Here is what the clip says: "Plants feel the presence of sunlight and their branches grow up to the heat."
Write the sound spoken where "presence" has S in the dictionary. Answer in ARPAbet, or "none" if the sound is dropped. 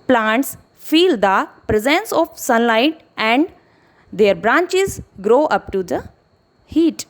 S